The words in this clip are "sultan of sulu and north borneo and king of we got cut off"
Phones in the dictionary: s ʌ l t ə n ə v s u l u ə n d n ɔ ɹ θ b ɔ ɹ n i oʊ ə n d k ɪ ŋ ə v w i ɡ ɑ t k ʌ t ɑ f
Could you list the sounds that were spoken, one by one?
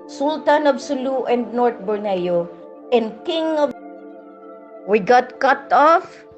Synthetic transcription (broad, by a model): s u l t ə n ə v s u l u ə n d n ɔ ɹ t b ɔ ɹ n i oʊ ə n d k ɪ ŋ ə v w i ɡ ɑ t k ʌ t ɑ f